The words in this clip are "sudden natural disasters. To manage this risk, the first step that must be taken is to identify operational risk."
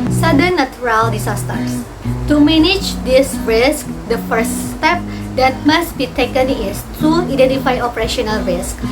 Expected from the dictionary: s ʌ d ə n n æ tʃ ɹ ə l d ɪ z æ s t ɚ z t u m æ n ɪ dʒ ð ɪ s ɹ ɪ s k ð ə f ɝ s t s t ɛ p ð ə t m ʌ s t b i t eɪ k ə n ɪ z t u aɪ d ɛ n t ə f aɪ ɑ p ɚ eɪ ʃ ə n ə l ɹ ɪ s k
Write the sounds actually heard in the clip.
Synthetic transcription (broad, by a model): s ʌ d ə n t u ɹ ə l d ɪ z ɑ s t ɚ s t u m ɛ n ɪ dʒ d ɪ s ɹ ɪ s k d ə f ɝ s t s t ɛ p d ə t m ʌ s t b i t eɪ k ə n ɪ s t u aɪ d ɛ n t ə f aɪ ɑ p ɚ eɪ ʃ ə n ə l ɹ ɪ s k